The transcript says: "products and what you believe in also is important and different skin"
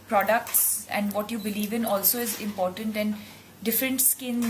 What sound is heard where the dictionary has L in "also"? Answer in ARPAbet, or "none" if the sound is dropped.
L